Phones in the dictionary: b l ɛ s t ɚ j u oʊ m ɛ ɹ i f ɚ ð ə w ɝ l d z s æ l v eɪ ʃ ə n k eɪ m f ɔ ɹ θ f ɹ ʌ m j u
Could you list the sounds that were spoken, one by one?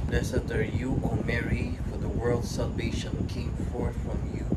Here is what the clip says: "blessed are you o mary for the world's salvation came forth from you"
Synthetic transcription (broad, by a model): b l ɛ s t ɚ j u oʊ m ɛ ɹ i f ɚ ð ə w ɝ l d s æ l v eɪ ʃ ə n k eɪ m f ɔ ɹ θ f ɹ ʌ m j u